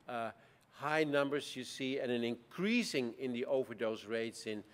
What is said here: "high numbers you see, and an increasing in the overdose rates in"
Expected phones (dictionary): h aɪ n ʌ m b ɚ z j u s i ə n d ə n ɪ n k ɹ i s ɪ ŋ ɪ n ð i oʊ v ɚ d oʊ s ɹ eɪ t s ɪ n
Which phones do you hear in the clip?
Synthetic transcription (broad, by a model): h aɪ n ʌ m b ɚ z j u s i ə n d ə n ɪ n k ɹ i s ɪ ŋ ɪ n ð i oʊ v ɚ d oʊ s ɹ eɪ t s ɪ n